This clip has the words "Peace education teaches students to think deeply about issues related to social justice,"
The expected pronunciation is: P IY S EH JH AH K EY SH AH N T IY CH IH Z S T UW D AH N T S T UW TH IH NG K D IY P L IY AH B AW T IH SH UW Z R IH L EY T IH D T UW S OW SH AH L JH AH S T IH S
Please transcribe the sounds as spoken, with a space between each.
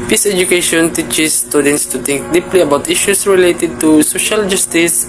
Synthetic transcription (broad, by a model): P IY S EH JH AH K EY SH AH N T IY CH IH S T UW D AH N T S T UW T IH NG K D IY P L IY AH B AW T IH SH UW S R IH L EY T IH D T UW S OW SH AH L JH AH S T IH S